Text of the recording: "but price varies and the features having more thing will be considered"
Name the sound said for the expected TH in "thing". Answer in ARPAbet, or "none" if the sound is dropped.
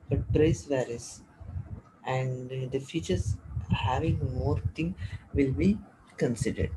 T